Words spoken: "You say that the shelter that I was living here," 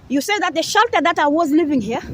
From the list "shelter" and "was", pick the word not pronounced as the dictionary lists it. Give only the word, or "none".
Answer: none